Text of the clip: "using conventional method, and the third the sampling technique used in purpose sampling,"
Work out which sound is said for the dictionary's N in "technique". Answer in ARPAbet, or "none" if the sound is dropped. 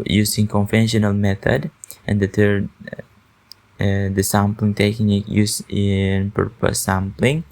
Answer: none